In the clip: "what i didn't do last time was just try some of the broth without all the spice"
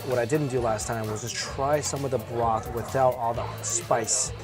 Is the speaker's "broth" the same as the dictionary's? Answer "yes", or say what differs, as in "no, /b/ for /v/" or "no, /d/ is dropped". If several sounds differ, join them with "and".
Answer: no, /l/ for /ɹ/